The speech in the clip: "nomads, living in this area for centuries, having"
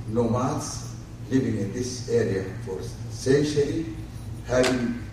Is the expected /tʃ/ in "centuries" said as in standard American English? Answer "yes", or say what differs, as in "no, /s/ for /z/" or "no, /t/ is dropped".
no, /ʃ/ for /tʃ/